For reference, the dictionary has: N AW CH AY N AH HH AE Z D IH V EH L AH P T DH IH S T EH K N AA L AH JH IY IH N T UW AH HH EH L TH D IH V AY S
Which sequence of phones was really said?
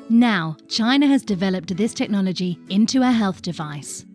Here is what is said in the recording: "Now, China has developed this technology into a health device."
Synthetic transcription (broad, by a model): N AW CH AY N AH Z D IH V EH L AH P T DH IH S T EH K N AA L AH JH IY IH N T UW AH HH EH L TH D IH V AY S